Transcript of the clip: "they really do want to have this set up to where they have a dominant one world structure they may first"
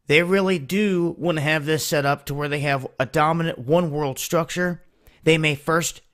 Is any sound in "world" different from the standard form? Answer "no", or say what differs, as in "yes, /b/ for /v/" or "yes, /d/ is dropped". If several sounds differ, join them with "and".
no